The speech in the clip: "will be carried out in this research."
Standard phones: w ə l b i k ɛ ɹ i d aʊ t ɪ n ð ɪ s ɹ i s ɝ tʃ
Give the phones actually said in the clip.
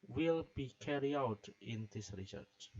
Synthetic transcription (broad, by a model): w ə l b i k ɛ ɹ i aʊ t ɪ n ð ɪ s ɹ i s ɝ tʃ